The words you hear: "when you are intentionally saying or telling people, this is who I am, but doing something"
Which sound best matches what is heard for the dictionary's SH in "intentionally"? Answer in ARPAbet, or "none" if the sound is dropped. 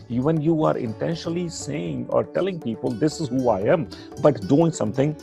SH